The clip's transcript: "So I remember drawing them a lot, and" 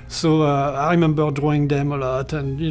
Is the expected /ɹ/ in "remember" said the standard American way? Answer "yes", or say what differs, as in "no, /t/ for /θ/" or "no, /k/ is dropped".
yes